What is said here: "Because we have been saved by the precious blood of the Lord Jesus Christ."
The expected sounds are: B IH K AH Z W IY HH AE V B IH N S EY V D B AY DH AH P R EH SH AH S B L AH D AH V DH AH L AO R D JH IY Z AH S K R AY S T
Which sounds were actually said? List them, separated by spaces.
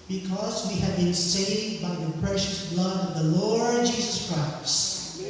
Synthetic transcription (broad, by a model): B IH K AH Z W IY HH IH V B IH N S EY V D B AY DH AH P R EH SH AH S B L AH D AH V DH AH L AO R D JH IY Z AH S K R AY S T